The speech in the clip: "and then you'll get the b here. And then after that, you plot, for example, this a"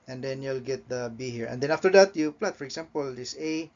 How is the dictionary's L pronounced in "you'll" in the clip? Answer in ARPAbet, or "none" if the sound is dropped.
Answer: L